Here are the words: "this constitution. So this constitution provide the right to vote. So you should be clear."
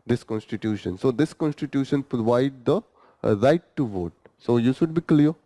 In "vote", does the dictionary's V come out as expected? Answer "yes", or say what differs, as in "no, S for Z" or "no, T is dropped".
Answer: yes